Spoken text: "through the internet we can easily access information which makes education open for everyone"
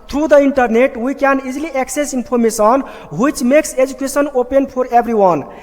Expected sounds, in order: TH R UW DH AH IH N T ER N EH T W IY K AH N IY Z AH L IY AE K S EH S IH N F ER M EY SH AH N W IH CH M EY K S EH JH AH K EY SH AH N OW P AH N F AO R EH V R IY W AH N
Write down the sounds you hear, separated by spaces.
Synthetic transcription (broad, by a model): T R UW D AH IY N T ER N EH T W IY K AH N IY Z L IY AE K S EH S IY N P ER M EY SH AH N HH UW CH M EY K S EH JH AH K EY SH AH N OW P AH N P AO R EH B R IY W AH N